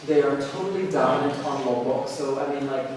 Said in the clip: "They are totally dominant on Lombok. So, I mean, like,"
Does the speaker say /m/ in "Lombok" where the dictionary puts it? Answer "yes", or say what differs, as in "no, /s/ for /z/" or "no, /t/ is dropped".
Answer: no, /m/ is dropped